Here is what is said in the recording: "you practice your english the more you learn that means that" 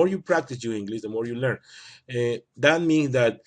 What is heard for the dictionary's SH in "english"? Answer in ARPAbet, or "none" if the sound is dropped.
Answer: S